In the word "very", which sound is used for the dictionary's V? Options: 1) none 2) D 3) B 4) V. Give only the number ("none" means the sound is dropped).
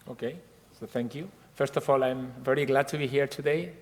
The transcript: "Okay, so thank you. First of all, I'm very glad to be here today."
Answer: 4